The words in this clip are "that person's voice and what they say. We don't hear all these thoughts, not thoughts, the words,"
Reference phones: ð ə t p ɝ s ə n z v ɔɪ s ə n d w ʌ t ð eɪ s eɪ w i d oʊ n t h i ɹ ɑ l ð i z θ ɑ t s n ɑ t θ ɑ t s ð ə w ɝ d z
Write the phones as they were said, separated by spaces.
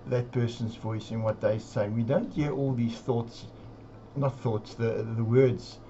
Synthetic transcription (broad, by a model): ð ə t p ɝ s ə n z v ɔɪ s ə n w ʌ t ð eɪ s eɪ w i d oʊ n t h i ɹ ɑ l ð i z θ ɑ t s n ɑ t θ ɑ t s ð ə w ɝ d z